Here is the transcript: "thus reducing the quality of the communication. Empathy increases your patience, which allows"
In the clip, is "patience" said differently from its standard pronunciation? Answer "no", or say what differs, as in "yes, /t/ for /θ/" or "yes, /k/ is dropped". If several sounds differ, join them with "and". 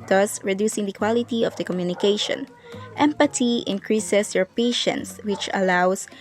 no